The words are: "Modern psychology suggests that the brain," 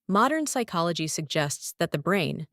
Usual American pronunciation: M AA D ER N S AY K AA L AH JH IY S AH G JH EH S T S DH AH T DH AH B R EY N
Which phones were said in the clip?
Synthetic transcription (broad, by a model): M AA D ER N S AY K AA L AH JH IY S AH G JH EH S T S DH AH T DH AH B R EY N